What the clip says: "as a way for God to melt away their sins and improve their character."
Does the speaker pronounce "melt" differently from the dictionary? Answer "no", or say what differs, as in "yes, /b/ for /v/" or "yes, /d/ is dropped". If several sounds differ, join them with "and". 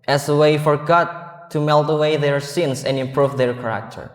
no